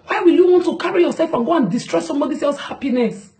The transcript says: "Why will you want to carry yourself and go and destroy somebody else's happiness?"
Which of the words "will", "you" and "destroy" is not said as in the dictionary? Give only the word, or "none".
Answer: none